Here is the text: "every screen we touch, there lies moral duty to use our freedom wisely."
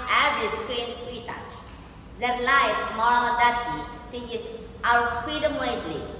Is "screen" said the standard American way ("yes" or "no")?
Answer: no